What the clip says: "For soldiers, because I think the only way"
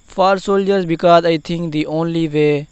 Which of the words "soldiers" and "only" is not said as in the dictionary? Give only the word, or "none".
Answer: none